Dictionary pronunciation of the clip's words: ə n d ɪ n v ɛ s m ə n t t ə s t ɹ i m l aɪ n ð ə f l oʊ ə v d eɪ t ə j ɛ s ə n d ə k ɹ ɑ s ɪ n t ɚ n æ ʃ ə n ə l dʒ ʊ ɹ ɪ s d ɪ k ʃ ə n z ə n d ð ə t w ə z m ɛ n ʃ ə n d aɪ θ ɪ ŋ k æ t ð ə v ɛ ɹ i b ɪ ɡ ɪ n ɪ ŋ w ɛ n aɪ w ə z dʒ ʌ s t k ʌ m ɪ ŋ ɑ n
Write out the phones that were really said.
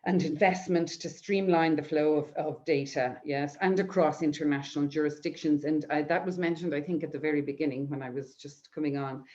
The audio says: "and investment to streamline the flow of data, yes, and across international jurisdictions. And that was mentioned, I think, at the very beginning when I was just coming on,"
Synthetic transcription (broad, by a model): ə n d ɪ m v ɛ s m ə n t t ə s t ɹ i m l aɪ n ð ə f l oʊ ə v d eɪ t ə j ɛ s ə n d ə k ɹ ɑ s ɪ n t ɚ n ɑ ʃ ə n ə l dʒ ʊ ɹ ɪ s d ɪ k ʃ ə n z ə n ð ə t w ə z m ɛ n ʃ ə n d aɪ θ ɪ ŋ k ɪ t ð ə v ɛ ɹ i b ɪ ɡ ɪ n ɪ ŋ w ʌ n aɪ w ə z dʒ ʌ s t k ʌ m ɪ ŋ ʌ n